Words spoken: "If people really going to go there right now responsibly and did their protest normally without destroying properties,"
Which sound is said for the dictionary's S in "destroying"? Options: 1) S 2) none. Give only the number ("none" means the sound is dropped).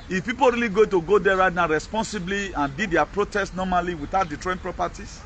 2